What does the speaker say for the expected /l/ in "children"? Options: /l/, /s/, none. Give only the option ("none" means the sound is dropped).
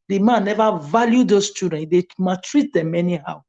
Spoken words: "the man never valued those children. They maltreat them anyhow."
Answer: none